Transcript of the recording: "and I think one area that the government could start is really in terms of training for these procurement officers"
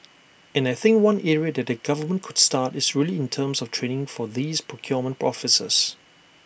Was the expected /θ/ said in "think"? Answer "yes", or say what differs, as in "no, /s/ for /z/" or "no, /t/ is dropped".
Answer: yes